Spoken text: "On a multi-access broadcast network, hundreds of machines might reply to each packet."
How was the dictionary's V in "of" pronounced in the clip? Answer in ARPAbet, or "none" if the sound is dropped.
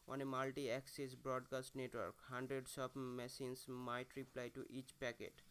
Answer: P